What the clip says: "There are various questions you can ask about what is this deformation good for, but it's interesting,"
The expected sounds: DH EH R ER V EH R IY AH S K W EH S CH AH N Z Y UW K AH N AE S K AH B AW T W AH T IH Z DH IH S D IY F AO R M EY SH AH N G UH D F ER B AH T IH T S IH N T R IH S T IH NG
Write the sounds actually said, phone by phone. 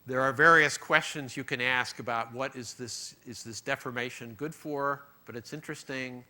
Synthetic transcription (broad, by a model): DH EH R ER V EH R IY AH S K W EH S CH AH N Z Y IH K AH N AE S K AH B AW T W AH T IH Z DH IH S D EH F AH R M EY SH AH N G UH D F ER B AH T IH T S IH N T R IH S T IH NG